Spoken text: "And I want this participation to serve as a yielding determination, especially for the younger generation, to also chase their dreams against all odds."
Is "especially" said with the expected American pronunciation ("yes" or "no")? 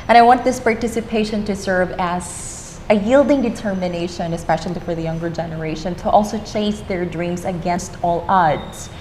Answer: yes